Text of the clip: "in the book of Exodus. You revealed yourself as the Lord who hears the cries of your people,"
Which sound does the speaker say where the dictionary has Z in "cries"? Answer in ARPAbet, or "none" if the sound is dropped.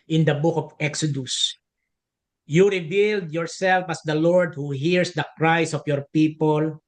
S